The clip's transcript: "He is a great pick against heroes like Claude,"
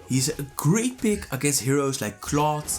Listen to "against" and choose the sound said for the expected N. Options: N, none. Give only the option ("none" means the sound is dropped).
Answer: none